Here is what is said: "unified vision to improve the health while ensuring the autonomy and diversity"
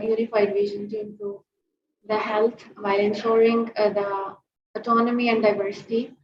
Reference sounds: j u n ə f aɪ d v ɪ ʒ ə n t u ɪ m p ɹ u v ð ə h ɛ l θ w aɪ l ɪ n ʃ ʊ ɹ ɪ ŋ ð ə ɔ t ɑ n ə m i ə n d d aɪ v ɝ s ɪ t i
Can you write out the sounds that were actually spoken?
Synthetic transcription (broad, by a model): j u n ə f aɪ d v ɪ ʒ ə n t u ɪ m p u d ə h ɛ l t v aɪ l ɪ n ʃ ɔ ɹ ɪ ŋ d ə ɔ t ɑ n ə m i ə n d d aɪ v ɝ s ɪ t i